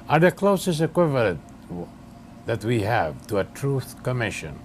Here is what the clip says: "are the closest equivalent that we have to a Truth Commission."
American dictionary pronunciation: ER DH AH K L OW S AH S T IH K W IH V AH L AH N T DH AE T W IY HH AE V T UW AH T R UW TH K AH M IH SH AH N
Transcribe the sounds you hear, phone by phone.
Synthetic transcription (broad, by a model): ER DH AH K L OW S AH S IH K W IH V AH L AH N T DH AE T W IY HH AE V T UW AH T R UW TH K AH M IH SH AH N